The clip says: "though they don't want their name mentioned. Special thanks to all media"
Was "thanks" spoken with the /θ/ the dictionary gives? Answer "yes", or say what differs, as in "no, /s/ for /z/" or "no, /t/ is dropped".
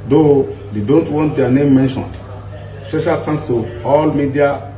no, /t/ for /θ/